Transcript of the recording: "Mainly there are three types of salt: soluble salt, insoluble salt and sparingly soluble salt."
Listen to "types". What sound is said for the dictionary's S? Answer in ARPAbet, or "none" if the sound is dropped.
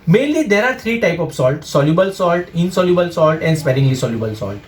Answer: none